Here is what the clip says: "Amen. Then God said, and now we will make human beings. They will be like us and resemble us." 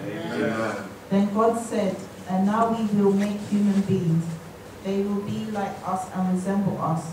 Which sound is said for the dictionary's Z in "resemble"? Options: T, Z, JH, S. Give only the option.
Z